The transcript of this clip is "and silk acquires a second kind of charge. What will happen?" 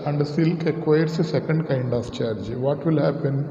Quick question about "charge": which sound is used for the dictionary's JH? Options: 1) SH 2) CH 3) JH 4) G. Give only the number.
3